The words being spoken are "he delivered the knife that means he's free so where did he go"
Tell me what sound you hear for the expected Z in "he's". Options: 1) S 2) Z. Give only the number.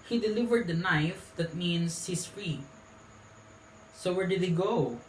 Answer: 1